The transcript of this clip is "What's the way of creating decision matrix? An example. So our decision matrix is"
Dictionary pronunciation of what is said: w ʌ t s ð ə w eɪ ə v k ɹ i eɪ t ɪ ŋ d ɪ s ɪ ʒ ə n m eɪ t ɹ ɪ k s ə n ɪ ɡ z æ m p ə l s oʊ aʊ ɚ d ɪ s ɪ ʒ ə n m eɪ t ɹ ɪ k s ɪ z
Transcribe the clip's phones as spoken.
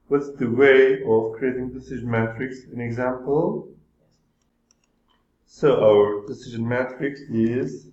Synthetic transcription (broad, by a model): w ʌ t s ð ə w eɪ ə v k ɹ i eɪ t ɪ ŋ d ɪ s ɪ ʒ ə n m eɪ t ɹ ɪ k s ə n ɪ ɡ z æ m p ə l s oʊ aʊ ɚ d ɪ s ɪ ʒ ə n m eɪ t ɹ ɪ k s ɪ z